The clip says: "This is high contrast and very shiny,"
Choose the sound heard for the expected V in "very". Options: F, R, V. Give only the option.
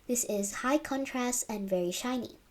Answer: V